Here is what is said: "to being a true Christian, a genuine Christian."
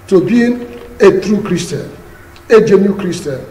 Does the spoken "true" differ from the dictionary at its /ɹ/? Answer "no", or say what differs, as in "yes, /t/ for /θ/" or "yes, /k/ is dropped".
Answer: no